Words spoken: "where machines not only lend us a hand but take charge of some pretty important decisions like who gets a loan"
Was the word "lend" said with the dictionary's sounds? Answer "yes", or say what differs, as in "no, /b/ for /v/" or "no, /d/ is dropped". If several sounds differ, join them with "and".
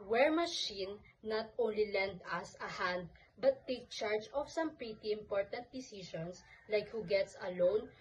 yes